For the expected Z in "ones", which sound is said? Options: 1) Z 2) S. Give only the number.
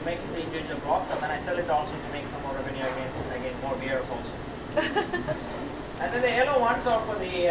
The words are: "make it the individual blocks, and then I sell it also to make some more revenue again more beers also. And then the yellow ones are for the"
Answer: 2